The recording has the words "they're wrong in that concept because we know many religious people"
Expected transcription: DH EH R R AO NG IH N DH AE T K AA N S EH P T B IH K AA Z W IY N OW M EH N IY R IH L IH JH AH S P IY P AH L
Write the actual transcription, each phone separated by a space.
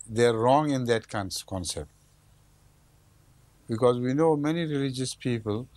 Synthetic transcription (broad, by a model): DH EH R R AO NG IH N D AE T K AA N S EH P T B IH K AA Z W IY N OW M EH N IY R IH L IH JH AH S P IY P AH L